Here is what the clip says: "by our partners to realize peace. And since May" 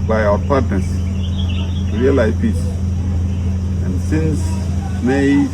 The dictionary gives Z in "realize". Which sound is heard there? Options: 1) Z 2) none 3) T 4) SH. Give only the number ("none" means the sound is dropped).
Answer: 2